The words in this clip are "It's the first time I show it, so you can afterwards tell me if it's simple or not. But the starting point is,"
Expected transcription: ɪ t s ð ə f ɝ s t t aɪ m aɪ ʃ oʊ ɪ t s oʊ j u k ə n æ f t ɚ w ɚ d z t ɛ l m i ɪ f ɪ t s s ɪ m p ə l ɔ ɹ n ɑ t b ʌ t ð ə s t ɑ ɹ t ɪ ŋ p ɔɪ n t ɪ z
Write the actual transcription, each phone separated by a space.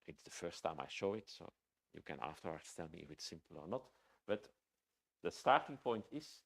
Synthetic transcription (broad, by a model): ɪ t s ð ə f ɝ s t t aɪ m aɪ ʃ oʊ ɪ t s oʊ j u k ə n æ f t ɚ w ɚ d s t ɛ l m i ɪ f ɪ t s s ɪ m p ə l ɔ ɹ n ɑ t b ʌ t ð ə s t ɑ ɹ t ɪ ŋ p ɔɪ n t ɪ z